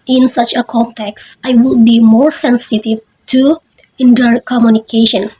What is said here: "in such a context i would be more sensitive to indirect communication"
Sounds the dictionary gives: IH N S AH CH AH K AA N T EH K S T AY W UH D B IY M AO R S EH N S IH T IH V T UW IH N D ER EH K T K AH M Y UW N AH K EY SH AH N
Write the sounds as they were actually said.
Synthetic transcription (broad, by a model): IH N S AH CH AH K AA N T EH K S T AY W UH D B IY M AO R S EH N S IH T IH V T UW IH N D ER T K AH M Y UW N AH K EY SH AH N